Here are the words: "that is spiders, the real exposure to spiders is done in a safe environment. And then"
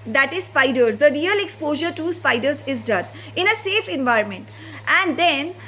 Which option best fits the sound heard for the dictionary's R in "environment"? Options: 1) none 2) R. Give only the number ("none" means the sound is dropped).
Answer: 2